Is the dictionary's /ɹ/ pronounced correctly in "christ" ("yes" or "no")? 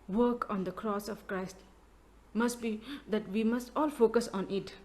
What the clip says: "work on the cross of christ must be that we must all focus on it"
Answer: yes